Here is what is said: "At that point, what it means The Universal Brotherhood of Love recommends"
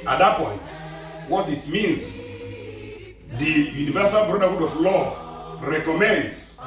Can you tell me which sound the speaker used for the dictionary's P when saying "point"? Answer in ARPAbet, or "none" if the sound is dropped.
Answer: P